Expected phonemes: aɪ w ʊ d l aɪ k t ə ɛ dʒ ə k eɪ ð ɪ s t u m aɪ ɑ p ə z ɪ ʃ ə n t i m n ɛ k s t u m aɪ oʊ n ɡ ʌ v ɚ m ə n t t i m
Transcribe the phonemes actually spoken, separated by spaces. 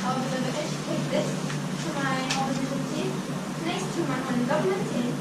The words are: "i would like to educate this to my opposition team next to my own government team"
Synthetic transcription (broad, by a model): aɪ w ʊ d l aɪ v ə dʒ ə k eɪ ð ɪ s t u m aɪ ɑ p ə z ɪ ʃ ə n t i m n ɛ s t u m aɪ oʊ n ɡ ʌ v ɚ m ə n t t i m